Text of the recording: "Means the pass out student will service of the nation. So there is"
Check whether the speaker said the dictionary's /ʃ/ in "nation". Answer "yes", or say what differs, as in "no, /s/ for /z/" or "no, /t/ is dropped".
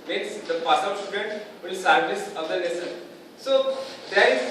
no, /s/ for /ʃ/